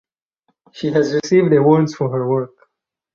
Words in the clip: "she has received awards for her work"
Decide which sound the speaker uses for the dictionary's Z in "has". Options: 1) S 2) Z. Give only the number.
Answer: 2